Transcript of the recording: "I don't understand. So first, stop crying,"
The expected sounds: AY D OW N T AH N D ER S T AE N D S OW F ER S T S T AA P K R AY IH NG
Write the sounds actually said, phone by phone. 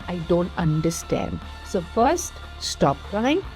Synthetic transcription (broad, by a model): AY D OW N T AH N D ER S T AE N D S OW F ER S T S T AA P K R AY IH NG